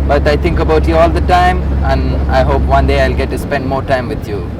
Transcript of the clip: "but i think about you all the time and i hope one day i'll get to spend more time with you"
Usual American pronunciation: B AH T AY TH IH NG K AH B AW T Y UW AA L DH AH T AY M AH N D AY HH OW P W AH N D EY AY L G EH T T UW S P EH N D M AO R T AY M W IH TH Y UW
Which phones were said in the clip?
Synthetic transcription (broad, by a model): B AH T AY T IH NG K AH B AW T Y UW AA L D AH T AY M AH N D AY HH OW P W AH N D EY AY L G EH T T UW S P EH N D M AO R T AY M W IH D Y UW